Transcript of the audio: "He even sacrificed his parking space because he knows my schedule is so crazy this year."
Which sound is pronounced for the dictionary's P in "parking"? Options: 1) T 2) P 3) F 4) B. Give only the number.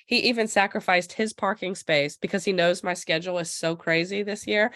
2